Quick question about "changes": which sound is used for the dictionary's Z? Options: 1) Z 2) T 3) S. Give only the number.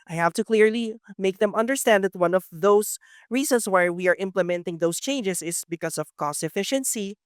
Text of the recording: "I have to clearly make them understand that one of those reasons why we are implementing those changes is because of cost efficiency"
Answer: 3